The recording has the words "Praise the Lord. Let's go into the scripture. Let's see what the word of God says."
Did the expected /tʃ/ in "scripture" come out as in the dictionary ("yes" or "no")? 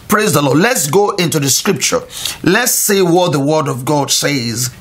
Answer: yes